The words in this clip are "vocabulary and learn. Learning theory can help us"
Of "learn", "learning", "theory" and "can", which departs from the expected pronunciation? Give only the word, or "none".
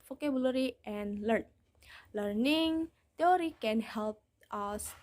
theory